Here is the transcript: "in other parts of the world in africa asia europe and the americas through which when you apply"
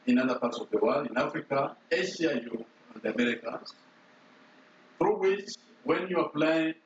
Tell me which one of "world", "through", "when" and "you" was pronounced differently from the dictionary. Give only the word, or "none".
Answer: world